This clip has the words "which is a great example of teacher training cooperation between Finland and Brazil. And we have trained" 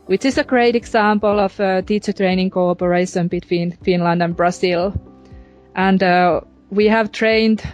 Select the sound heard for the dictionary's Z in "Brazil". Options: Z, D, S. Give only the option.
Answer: S